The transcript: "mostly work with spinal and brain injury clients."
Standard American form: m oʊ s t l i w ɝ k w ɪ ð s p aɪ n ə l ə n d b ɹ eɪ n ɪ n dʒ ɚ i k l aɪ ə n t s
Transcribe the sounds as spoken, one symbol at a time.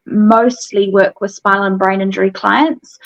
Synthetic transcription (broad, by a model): m oʊ s t l i w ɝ k w ɪ ð s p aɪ ə l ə n b ɹ eɪ n ɪ n dʒ ɚ i k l aɪ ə n t s